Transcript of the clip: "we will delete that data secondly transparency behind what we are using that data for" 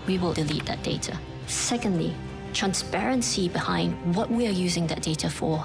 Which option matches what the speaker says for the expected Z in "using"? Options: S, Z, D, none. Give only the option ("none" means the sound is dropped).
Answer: Z